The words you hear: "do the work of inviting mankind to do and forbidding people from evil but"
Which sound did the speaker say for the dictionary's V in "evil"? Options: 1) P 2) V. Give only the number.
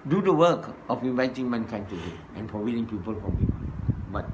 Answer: 1